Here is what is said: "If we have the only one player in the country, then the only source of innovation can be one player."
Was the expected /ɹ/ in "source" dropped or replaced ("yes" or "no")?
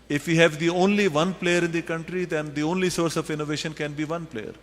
no